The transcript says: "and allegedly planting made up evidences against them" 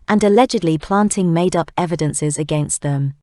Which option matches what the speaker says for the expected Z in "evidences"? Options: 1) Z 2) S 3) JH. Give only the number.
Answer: 1